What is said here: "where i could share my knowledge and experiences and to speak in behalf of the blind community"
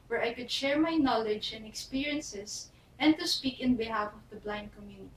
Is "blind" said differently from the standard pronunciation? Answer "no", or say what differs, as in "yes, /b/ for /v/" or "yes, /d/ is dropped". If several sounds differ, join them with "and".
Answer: no